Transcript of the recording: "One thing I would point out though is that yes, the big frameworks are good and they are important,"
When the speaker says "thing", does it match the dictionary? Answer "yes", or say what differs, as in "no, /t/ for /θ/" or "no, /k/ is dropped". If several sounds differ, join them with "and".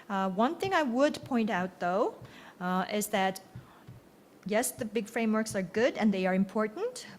yes